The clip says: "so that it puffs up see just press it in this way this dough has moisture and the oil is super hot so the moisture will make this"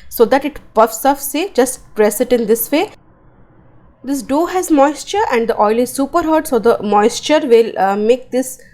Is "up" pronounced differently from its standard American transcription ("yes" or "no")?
yes